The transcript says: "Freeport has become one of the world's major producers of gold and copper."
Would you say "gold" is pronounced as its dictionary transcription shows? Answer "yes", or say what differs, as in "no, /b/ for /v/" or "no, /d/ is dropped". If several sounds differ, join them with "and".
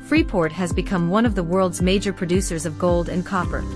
yes